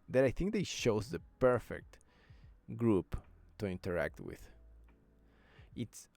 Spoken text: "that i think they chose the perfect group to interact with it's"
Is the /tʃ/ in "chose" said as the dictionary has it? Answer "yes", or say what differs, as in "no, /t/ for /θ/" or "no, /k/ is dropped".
no, /ʃ/ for /tʃ/